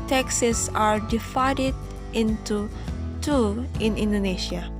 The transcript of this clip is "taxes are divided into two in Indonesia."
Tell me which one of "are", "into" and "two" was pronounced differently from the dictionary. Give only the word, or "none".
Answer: none